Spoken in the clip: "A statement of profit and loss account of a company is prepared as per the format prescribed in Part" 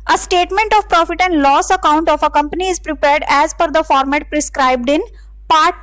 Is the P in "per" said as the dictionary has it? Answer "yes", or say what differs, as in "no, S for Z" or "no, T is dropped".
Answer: no, F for P